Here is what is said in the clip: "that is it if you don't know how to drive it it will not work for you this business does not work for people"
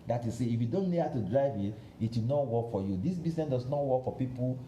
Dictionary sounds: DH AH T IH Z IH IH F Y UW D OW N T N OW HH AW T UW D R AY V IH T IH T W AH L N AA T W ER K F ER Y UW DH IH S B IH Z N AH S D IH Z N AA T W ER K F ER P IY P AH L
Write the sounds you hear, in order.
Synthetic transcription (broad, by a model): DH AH T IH S IH IH F Y UW D OW N T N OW HH AW T UW D R AY V IH T IH T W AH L N AA T W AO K F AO Y UW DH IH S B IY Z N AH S D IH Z N AA T W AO K F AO P IY P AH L